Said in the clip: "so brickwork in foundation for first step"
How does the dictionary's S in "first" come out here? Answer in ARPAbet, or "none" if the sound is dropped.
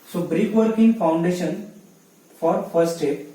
none